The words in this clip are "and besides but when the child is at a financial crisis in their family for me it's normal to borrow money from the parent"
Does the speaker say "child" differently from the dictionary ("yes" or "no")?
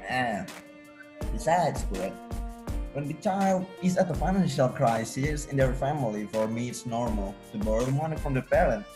no